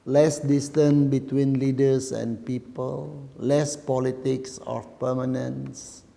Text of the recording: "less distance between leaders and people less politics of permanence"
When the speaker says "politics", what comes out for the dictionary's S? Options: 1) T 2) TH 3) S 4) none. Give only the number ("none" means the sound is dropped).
3